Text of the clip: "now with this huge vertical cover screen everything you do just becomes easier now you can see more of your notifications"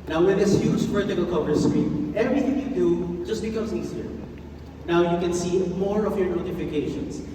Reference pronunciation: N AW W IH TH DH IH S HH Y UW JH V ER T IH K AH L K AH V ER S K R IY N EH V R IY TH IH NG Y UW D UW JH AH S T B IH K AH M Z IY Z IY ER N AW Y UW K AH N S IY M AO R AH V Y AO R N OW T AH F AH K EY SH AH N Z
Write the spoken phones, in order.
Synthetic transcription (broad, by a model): N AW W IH DH IH S HH Y UW JH P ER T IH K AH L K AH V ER S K R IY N EH V R IY TH IH NG Y UW D UW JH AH S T B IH K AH M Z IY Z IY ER N AW Y UW K AH N S IY M AO R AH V Y AO R N OW T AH F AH K EY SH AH N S